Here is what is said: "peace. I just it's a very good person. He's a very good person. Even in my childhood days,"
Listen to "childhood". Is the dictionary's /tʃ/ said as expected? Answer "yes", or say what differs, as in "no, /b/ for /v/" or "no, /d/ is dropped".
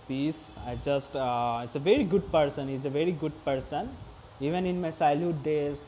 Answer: no, /s/ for /tʃ/